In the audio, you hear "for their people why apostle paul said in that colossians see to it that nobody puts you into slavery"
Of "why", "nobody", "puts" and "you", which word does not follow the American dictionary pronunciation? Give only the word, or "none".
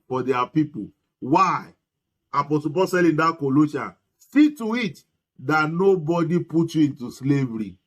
puts